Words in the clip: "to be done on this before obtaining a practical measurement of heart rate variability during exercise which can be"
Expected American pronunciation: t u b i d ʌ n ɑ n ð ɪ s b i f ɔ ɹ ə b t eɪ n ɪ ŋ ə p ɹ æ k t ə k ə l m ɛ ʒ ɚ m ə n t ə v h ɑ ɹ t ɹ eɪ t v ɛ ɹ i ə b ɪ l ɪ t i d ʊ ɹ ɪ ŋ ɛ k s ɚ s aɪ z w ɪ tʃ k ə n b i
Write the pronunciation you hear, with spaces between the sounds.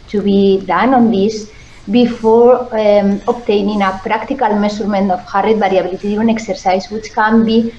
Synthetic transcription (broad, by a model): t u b i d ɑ n ɑ n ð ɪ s b i f ɔ ɹ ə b t eɪ n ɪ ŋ ə p ɹ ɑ k t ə k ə l m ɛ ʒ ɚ m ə n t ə f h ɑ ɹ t ɹ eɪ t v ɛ ɹ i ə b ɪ l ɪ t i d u ɪ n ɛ k s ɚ s aɪ s w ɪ tʃ k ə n b i